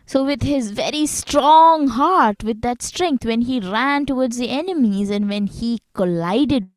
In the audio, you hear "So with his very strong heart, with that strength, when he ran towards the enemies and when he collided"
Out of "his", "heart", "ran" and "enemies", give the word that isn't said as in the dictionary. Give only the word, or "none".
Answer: none